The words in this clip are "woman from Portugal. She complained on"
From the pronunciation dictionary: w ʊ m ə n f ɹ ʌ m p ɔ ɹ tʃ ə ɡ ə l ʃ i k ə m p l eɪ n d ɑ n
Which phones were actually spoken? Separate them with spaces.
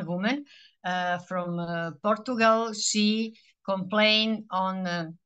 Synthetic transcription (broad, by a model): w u m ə n f ɹ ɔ m p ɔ ɹ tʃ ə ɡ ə l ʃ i k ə m p l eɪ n ɑ n